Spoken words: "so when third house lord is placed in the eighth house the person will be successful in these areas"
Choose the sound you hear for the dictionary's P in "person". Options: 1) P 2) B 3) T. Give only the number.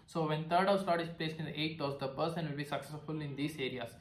2